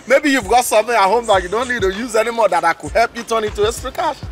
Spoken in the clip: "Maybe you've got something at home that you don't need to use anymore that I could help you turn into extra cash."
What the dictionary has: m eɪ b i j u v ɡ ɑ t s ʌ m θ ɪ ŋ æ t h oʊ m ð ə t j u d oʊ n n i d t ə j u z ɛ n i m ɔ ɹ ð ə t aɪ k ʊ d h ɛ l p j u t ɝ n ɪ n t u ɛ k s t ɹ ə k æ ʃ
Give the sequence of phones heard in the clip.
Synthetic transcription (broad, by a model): m eɪ b i j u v ɡ ɑ t s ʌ m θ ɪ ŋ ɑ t h oʊ m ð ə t j u d oʊ n n i d t ə j u z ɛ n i m ɔ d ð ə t aɪ k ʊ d h ɛ l p j u t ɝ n ɪ n t u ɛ s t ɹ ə k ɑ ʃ